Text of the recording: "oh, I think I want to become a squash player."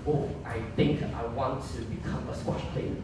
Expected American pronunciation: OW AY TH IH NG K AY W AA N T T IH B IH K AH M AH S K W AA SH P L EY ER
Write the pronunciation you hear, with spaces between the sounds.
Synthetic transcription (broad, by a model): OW AY TH IH NG K AY W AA N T T IH B IH K AH M AH S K W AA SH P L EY